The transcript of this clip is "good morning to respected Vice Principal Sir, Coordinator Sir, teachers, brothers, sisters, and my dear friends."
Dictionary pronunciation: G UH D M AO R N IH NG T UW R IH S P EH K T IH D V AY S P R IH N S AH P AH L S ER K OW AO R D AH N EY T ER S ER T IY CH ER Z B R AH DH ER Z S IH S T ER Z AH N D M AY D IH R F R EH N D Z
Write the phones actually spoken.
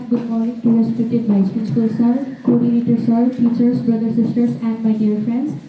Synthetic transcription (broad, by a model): G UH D M AO R N IH NG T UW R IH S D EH T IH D B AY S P IH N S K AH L S ER K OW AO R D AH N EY T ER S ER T IY CH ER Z B R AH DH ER S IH S T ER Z AH N D M AY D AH R F R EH N D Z